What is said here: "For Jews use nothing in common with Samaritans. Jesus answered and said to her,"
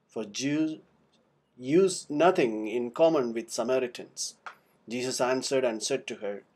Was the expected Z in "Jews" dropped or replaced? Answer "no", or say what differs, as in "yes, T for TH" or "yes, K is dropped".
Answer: yes, Z is dropped